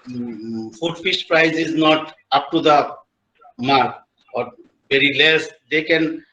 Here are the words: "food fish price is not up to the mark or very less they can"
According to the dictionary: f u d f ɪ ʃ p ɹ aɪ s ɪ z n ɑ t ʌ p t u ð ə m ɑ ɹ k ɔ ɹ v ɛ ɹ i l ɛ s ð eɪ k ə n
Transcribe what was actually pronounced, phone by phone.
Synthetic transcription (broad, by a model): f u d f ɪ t p ɹ aɪ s ɪ z n ɑ t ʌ p t u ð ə m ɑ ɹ ɔ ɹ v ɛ ɹ i l ɛ s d eɪ k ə n